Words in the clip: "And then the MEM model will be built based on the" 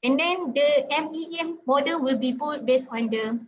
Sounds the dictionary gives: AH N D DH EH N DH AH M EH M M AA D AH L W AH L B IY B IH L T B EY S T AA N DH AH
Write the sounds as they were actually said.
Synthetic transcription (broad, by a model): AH N D EH N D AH M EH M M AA D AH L W AH L B IY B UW T B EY S AA N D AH